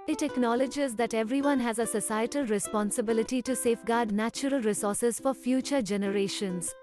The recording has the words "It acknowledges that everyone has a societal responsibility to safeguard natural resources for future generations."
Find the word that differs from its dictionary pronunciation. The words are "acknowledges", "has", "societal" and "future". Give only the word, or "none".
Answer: none